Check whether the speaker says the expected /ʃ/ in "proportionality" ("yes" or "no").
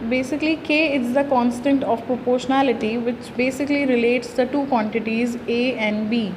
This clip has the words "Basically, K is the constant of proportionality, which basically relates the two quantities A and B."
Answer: yes